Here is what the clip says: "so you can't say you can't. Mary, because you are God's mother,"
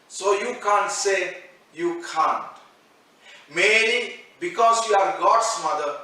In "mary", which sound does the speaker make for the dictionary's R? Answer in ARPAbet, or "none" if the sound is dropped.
L